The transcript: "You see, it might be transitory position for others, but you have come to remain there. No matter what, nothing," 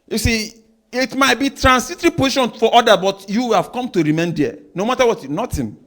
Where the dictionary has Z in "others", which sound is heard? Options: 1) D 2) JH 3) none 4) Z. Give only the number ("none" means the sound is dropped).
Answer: 3